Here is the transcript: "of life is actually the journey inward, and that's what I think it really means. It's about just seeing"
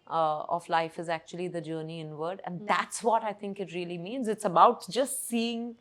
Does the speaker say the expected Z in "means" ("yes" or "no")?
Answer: yes